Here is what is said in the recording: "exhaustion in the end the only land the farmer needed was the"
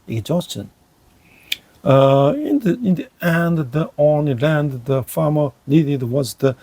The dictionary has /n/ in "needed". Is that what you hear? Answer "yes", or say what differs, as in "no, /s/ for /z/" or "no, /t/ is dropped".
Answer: no, /l/ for /n/